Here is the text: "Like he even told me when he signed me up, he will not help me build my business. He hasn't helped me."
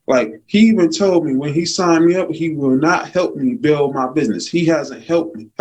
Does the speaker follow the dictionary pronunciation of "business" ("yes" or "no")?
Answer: yes